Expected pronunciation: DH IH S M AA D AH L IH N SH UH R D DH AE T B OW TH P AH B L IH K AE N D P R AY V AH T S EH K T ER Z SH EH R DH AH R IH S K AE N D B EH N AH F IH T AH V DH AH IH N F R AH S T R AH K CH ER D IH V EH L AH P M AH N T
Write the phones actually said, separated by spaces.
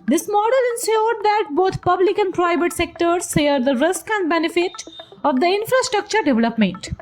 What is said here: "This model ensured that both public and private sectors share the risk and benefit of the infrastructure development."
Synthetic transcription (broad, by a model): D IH S M AA D AH L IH N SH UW R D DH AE T B OW T P AH B L IH K AE N D P R AY V AH T S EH K T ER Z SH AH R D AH R IH S K AE N D B EH N AH F IH T AH V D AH IH N F R AH S T R AH K CH ER D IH V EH L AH P M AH N T